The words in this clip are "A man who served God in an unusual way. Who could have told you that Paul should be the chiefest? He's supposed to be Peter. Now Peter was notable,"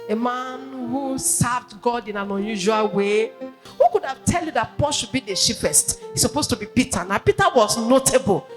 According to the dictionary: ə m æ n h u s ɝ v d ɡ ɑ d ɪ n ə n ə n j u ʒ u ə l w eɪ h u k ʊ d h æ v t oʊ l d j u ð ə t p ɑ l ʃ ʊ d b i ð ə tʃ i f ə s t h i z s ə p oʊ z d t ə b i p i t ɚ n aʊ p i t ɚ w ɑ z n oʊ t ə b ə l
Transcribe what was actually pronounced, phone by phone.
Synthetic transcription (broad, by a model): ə m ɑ n h u s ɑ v d ɡ ɑ d ɪ n ə n ə n j u ʒ u ə l w eɪ h u k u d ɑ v t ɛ l j u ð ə t p ɑ l ʃ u d b i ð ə ʃ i p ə s t h i s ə p oʊ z t ə b i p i t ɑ n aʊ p i t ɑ w ɑ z n oʊ t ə b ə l